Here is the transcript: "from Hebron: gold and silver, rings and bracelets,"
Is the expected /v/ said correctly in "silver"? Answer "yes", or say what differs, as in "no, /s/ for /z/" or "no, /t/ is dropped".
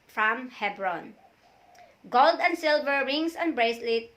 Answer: yes